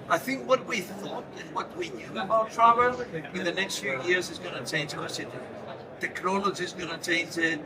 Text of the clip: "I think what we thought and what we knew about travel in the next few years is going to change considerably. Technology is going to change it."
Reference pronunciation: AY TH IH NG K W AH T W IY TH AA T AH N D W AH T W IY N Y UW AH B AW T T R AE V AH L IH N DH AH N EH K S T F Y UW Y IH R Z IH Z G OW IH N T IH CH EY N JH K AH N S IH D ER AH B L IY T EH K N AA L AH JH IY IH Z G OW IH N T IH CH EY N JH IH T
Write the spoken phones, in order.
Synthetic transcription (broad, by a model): AY TH IH NG K W AH T W IY TH AA T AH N W AH T W IY N Y UW AH B AW T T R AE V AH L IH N DH AH N EH K S T F Y UW Y IH R Z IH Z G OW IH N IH CH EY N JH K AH S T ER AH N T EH K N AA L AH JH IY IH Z G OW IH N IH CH EY N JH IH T